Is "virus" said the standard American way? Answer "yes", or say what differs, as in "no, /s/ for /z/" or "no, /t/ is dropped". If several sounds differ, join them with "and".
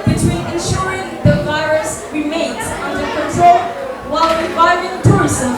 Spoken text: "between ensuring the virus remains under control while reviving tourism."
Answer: yes